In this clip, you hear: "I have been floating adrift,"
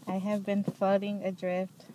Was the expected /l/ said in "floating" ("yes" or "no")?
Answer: no